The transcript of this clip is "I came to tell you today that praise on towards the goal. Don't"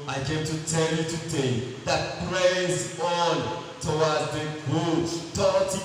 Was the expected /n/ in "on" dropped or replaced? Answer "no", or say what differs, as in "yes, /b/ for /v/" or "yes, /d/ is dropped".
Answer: no